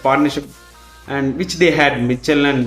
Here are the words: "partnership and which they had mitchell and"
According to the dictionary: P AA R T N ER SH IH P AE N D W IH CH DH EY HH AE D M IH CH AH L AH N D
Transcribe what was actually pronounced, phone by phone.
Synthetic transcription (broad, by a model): P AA R T N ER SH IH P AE N D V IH CH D EY HH AE D M IH CH AH L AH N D